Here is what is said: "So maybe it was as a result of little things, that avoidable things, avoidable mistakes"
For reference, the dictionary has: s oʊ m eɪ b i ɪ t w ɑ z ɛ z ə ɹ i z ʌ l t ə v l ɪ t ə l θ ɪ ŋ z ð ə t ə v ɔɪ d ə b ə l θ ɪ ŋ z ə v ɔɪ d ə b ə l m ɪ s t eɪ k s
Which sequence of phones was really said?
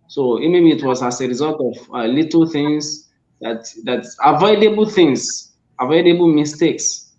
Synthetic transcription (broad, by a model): s oʊ m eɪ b i t w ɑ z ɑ s ə ɹ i z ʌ l t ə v l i t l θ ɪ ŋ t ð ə t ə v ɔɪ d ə b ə l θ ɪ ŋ s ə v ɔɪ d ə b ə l m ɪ s t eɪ k s